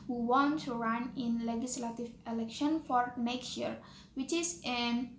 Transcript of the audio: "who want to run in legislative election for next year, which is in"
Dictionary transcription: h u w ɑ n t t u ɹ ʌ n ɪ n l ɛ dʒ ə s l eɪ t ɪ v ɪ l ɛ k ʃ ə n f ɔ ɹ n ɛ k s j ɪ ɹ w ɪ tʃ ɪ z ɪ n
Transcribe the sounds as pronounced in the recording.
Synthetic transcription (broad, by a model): h u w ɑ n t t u ɹ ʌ n ɪ n l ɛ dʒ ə s l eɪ t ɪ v ɪ l ɛ k ʃ ə n f ɔ ɹ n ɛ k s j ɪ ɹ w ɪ tʃ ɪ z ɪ n